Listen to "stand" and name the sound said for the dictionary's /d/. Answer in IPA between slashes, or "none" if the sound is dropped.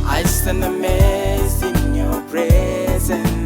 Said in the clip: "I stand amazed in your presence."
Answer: none